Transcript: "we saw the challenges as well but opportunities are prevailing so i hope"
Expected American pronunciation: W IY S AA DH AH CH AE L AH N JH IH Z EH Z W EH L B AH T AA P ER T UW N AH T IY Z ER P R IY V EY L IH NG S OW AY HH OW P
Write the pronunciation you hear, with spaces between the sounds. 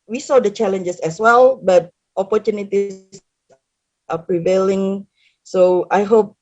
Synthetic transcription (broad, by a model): W IY S AA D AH CH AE L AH N JH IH S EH S W EH L B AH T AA P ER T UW N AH T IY S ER P R IY V EY L IH NG S OW AY HH OW P